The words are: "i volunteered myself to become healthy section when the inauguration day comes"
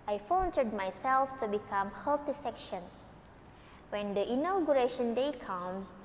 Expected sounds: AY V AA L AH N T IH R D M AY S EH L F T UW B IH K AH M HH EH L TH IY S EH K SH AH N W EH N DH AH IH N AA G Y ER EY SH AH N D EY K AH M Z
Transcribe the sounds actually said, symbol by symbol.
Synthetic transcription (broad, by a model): AY F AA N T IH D M AY S EH L F T UW B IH K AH M HH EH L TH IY S EH K SH AH N W EH N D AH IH N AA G Y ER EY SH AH N D EY K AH M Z